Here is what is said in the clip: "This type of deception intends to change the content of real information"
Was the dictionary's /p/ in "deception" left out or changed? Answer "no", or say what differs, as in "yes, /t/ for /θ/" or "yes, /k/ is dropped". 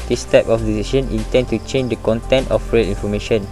yes, /p/ is dropped